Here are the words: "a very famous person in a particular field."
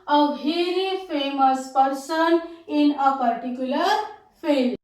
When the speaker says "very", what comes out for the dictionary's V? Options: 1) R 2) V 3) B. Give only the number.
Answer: 3